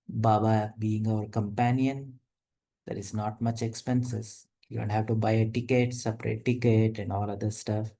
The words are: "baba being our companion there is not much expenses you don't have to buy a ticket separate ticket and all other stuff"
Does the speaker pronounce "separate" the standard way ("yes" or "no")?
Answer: yes